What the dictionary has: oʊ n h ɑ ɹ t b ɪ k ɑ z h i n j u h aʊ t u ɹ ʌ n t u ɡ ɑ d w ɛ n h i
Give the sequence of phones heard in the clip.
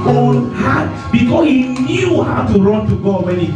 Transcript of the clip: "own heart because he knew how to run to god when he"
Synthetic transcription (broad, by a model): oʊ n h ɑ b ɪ k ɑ s h i n j u h aʊ t u ɹ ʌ n t u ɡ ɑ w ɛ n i